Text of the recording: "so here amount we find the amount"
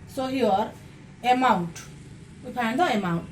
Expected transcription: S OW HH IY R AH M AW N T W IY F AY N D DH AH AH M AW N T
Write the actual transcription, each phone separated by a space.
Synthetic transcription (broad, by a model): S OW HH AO R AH M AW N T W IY P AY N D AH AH M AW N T